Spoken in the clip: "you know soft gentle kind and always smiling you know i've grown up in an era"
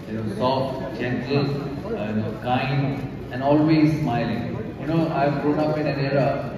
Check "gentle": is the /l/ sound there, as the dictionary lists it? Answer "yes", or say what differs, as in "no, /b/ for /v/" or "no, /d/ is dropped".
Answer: no, /n/ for /l/